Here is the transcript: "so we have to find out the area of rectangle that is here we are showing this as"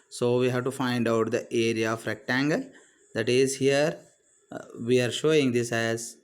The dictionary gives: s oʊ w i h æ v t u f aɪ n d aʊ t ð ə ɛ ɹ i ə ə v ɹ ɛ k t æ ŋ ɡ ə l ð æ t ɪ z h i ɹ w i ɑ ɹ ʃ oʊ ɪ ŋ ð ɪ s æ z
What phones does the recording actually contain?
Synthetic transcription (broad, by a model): s oʊ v i h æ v t u f aɪ n d aʊ t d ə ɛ ɹ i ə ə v ɹ ɛ k t æ ŋ ɡ ə l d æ t ɪ z h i ɹ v i ɑ ɹ ʃ oʊ ɪ ŋ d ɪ s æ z